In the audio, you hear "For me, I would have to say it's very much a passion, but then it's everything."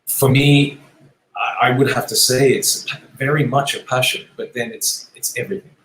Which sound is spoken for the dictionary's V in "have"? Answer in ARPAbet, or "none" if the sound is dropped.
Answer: F